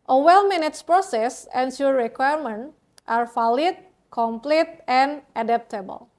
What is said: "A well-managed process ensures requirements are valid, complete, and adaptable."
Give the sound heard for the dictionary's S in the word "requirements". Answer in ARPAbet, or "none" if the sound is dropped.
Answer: none